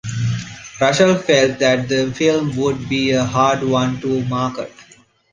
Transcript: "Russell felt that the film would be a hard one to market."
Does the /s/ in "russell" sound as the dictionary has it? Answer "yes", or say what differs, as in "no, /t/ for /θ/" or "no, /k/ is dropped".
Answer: no, /ʃ/ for /s/